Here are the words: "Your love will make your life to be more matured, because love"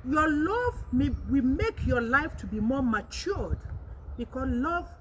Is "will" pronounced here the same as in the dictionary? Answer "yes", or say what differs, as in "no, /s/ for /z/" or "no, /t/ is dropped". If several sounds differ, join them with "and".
no, /w/ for /l/